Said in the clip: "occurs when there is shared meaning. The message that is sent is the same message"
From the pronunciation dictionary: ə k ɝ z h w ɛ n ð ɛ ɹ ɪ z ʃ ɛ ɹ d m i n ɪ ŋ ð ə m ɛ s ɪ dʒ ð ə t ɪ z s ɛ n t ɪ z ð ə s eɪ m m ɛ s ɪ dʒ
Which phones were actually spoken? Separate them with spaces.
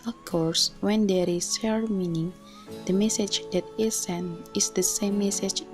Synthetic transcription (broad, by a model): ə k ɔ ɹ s w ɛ n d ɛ ɹ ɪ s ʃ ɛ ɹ m i n ɪ ŋ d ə m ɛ s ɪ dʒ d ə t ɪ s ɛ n ɪ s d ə s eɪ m m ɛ s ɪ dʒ